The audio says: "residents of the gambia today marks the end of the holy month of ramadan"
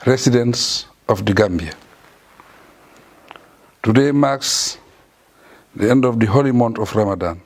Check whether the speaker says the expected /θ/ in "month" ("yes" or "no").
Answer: no